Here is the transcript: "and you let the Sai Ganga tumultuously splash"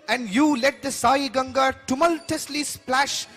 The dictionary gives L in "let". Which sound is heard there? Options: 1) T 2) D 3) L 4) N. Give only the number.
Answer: 3